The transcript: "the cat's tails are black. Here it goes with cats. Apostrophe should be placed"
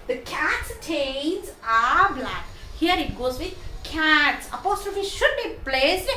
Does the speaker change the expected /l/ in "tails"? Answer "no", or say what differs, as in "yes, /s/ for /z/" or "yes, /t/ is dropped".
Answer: yes, /n/ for /l/